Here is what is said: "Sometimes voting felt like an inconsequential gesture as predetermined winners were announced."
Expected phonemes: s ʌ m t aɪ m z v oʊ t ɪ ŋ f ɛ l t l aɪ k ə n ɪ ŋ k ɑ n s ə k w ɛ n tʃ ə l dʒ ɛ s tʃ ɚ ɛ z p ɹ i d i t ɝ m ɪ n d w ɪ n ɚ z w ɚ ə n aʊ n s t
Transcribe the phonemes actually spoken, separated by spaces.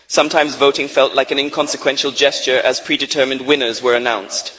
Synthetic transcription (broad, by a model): s ʌ m t aɪ m z v oʊ t ɪ ŋ f ɛ l t l aɪ k ə n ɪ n k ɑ n s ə k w ɛ n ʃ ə l dʒ ɛ s tʃ ɚ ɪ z p ɹ i d i t ɝ m ɪ n d w ɪ n ɚ z w ɚ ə n aʊ n s t